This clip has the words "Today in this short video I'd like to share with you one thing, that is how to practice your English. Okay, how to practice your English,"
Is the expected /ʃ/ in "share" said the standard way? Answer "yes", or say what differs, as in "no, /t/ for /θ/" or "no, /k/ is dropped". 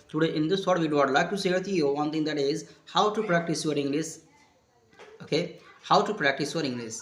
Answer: no, /s/ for /ʃ/